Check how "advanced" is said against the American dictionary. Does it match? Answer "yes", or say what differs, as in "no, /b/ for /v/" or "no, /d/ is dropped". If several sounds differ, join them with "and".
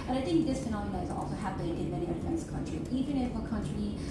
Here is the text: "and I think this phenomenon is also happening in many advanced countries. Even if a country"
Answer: no, /f/ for /v/